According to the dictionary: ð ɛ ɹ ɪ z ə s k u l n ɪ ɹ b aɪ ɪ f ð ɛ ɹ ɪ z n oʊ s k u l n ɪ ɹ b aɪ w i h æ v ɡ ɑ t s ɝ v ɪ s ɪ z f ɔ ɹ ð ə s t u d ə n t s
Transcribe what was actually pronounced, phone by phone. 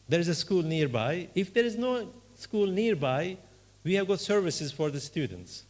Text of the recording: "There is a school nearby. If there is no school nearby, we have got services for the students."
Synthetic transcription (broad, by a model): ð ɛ ɹ ɪ z ə s k u l n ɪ ɹ b aɪ ɪ f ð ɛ ɹ ɪ z n oʊ s k u l n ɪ ɹ b aɪ w i h æ v ɡ ɑ t s ɝ v ɪ s ɪ z f ɔ ɹ ð ə s t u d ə n t s